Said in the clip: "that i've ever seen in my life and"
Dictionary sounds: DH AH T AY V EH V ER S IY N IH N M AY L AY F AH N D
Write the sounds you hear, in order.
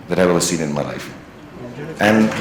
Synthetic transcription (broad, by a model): DH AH T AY W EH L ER S IY N IH N M AY L AY F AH N